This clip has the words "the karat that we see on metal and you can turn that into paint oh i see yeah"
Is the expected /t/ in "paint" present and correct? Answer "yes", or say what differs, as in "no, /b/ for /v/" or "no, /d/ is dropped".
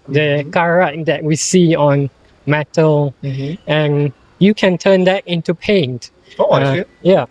yes